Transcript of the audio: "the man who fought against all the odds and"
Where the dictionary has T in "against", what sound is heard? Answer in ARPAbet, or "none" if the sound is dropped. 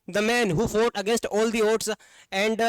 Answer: T